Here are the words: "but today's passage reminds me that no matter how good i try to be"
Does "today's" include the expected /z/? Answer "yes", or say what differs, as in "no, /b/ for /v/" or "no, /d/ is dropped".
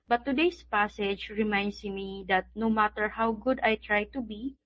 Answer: no, /s/ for /z/